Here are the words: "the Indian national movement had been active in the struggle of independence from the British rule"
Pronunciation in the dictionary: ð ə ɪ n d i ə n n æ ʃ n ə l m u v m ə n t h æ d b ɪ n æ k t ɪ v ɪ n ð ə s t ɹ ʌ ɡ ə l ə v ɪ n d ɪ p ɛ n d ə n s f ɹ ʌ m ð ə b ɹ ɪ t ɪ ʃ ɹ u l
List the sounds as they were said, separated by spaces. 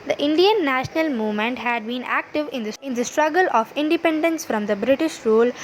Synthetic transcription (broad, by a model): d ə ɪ n d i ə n n æ ʃ n ə l m u v m ə n t h æ d b ɪ n æ k t ɪ v ɪ n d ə s t ɹ ʌ ɡ ə l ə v ɪ n d ɪ p ɛ n d ə n s f ɹ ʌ m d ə b ɹ ɪ t ɪ ʃ ɹ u l